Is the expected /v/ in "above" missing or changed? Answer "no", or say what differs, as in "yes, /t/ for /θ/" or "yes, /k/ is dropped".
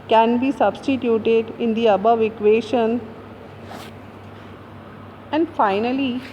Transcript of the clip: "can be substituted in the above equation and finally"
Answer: no